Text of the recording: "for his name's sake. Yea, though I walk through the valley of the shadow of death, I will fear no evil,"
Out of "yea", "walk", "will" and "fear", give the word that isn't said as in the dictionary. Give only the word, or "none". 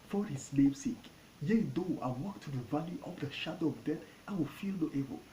fear